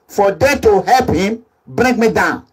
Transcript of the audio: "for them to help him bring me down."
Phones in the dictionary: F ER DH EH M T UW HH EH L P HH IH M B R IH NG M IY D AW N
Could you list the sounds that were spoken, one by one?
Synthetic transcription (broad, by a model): F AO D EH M T UW HH EH L P HH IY M B R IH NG M IY D AW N